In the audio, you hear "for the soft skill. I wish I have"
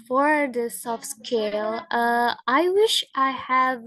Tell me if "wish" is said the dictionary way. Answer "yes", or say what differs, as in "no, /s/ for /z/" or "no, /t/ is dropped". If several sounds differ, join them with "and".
yes